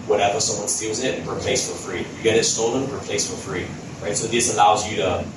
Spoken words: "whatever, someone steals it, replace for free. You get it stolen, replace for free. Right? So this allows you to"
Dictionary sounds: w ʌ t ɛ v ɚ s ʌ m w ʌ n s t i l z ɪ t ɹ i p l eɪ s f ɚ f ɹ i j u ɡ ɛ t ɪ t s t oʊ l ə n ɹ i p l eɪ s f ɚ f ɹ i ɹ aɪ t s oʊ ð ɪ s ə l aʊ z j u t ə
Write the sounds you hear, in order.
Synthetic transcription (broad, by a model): w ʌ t ɛ v ɚ s ʌ m w ʌ n s t i l z ɪ t ɹ i p l eɪ s f ɚ f ɹ i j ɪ ɡ ɛ t ɪ t s t oʊ l ə n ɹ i p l eɪ s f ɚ f ɹ i ɹ aɪ t s oʊ ð ɪ s ə l aʊ z j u t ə